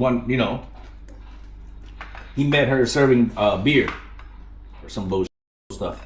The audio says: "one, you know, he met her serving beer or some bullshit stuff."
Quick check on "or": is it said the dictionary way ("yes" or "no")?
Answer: yes